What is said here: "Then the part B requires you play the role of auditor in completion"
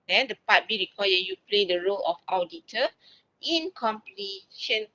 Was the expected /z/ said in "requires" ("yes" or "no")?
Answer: no